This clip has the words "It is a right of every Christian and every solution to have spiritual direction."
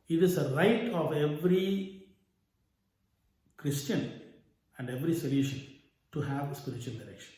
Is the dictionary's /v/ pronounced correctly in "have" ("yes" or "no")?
yes